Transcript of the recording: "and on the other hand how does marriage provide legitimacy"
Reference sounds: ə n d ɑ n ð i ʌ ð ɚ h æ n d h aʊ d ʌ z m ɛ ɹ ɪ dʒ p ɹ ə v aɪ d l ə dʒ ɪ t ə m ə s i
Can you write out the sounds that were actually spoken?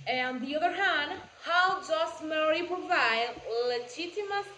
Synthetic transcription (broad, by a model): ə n ɑ n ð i ʌ ð ɚ h æ n d h aʊ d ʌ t m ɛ ɹ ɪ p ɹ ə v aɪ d l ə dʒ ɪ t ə m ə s